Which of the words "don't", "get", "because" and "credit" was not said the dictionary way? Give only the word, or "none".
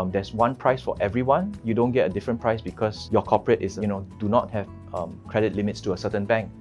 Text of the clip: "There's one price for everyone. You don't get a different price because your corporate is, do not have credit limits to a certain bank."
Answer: because